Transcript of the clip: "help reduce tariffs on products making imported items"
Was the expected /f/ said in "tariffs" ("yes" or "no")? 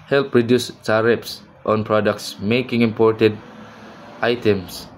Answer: no